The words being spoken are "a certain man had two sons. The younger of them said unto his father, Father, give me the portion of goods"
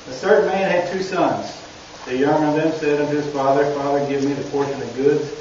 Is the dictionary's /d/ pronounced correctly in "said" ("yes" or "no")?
yes